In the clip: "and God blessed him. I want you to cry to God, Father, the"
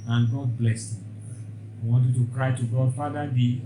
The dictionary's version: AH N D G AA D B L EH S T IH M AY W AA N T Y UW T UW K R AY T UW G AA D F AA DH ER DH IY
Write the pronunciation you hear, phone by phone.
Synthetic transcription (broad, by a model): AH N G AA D B L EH S IH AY W AA N T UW T UW K R AY T UW G AA D F AA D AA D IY